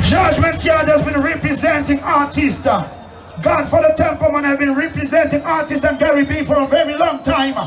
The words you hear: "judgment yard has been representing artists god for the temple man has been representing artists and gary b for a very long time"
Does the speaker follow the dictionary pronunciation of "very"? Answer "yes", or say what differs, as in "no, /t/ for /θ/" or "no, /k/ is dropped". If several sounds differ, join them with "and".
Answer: yes